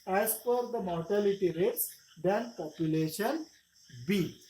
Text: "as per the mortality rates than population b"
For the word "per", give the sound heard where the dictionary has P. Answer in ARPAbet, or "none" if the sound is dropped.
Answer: F